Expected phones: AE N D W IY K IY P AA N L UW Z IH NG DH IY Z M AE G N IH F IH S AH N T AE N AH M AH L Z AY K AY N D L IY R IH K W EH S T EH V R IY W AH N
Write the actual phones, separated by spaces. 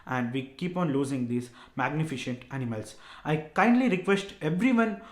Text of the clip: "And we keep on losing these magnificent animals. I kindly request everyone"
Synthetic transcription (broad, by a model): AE N D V IY K IY P AA N L UW Z IH NG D IY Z M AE G N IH F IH SH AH N T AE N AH M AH L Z AY K AY N D L IY R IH K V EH S T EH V R IY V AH N